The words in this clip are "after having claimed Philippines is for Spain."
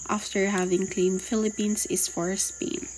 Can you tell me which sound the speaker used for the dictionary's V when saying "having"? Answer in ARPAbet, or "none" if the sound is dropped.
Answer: V